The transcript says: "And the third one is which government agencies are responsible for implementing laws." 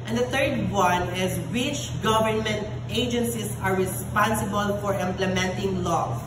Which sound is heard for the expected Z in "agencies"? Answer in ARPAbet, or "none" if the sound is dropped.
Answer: S